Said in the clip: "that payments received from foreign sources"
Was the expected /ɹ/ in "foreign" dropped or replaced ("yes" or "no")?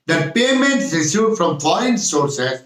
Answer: yes